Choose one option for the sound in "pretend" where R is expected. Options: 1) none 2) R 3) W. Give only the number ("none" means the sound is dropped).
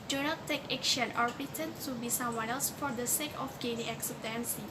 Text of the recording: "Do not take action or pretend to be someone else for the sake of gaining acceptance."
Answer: 1